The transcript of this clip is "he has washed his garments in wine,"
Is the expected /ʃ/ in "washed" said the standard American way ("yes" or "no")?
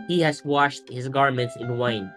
yes